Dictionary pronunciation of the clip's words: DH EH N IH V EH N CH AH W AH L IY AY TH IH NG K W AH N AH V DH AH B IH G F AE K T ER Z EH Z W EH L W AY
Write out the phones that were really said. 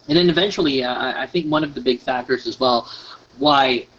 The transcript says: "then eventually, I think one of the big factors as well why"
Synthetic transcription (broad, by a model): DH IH N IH V EH N CH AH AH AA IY AY TH IH NG K W AH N AH V DH AH B IH G F AE K T ER Z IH Z W EH L W AY